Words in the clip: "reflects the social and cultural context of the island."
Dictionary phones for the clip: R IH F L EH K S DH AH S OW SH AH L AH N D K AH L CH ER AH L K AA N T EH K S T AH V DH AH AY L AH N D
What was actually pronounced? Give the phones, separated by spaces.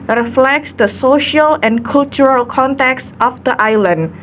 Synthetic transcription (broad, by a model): R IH F L EH K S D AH S OW SH AH L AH N K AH L CH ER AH L K AA N T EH K S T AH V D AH AY L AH N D